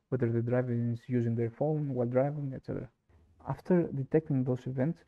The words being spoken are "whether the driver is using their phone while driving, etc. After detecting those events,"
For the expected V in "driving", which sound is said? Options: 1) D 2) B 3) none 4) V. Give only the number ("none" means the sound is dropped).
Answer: 4